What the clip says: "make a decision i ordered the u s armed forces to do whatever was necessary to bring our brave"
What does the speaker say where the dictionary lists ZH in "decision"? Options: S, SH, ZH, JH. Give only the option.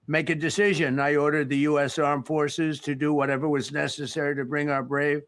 ZH